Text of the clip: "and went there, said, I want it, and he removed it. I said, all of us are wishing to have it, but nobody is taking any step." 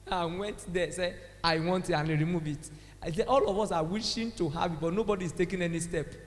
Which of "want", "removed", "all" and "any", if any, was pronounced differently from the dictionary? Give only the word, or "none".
removed